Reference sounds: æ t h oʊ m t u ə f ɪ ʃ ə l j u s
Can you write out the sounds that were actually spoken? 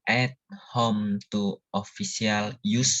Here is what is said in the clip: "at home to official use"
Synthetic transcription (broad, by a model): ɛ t h oʊ m t u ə f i s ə l j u s